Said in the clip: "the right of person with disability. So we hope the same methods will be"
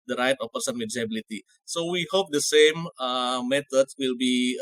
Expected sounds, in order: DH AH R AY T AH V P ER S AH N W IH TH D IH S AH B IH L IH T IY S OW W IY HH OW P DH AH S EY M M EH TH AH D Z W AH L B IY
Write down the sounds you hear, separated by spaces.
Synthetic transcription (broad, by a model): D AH R AY T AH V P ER S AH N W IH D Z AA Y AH B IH L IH T IY S OW W IY HH OW P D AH S EY M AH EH T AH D S W AH L B IY